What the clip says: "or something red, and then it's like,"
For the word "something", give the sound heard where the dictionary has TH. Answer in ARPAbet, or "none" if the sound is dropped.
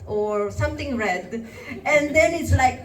T